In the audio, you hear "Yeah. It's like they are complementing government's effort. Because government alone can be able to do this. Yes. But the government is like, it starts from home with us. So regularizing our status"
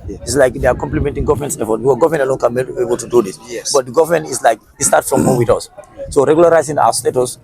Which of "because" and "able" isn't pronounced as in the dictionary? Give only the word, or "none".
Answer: because